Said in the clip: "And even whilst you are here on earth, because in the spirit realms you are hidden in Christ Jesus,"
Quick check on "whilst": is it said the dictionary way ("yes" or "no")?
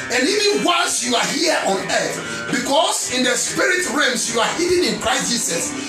no